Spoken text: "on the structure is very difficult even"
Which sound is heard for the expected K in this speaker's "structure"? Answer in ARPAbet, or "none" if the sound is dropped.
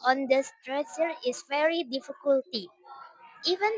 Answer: none